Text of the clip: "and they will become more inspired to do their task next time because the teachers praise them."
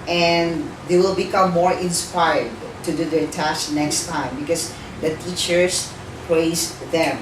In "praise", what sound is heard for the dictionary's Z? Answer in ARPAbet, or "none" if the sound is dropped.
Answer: S